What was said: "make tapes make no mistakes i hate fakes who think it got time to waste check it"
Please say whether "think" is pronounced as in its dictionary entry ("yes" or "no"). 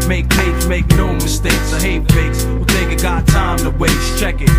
no